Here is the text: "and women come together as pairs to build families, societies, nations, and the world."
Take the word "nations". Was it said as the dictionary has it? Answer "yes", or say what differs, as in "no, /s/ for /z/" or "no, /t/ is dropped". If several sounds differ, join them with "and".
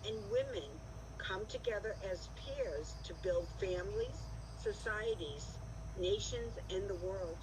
yes